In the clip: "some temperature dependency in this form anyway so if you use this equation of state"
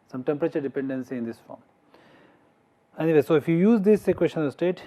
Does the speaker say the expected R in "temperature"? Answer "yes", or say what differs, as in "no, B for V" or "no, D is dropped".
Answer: yes